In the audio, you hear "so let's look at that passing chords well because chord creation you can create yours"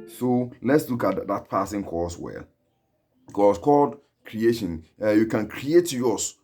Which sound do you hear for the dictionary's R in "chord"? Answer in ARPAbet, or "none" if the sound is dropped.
L